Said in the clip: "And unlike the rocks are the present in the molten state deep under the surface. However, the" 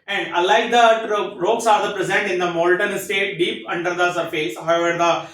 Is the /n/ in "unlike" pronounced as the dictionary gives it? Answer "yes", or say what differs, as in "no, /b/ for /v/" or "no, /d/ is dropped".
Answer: no, /n/ is dropped